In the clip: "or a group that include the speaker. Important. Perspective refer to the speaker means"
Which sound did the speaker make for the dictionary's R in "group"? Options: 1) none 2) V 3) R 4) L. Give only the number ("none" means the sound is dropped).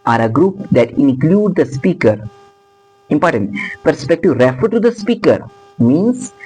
3